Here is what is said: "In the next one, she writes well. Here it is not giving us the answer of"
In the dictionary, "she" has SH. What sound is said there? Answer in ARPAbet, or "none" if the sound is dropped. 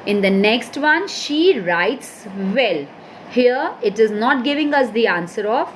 SH